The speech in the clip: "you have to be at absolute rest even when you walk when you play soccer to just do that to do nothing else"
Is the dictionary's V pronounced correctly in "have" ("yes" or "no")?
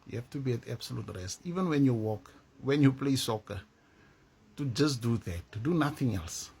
no